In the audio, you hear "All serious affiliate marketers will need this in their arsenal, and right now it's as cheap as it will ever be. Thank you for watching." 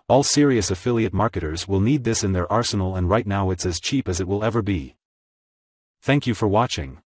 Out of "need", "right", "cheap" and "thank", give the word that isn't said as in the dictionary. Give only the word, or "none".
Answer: none